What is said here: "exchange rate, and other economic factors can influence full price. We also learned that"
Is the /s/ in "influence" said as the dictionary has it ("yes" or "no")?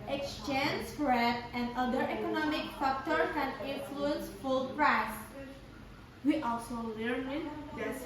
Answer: yes